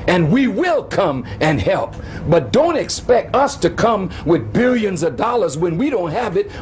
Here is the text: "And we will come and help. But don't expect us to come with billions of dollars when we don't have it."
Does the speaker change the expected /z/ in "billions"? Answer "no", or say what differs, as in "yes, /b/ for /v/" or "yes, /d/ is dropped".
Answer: no